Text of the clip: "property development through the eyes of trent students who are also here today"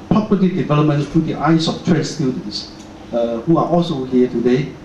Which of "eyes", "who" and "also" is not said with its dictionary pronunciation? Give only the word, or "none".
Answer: eyes